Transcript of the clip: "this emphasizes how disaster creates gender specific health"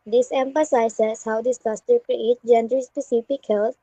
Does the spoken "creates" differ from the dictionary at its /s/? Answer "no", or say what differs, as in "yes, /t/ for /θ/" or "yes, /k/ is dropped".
yes, /s/ is dropped